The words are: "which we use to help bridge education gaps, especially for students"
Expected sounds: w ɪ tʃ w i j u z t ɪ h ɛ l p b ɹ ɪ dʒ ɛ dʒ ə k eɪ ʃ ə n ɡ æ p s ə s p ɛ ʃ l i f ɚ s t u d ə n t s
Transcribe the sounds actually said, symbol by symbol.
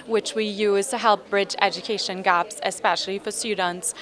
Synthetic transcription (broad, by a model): w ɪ tʃ w i j u z t ɪ h ɛ l p b ɹ ɪ dʒ ɛ dʒ ə k eɪ ʃ ə n ɡ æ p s ə s p ɛ ʃ l i f ɚ s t u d n t s